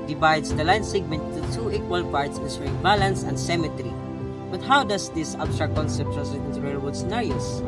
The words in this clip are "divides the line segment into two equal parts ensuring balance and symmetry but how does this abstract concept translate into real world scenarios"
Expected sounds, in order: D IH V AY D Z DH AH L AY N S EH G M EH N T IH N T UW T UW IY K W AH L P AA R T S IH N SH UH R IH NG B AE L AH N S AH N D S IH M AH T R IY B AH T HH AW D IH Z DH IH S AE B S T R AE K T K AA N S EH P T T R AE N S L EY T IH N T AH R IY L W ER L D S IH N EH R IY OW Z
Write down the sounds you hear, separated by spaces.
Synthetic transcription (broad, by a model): D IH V AY D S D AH L AY N S EH G M EH N T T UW T UW IY K W AH L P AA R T S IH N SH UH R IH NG B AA L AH N S AH N D S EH M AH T R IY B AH T HH AW D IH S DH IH S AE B S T R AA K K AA N S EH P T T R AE S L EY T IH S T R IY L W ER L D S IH N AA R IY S